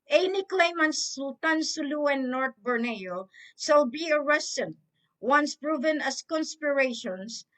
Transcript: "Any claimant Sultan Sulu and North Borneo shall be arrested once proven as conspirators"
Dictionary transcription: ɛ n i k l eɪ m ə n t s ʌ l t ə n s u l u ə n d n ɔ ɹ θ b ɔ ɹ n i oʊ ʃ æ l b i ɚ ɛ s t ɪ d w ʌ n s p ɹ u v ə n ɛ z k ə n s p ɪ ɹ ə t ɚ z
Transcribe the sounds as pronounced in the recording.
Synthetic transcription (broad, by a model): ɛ n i k l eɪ m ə n s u l t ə n s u l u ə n n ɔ ɹ t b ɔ ɹ n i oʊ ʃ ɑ l b i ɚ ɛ s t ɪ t w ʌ n s p ɹ u v ə n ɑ s k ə n s p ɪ ɹ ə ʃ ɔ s